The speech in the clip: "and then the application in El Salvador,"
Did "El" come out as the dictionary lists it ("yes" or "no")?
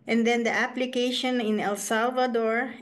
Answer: yes